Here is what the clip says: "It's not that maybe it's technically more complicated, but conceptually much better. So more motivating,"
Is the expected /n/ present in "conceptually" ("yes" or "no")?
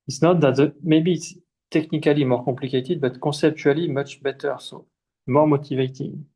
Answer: no